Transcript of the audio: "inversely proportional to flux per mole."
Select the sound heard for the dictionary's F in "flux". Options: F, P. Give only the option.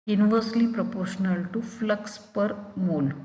F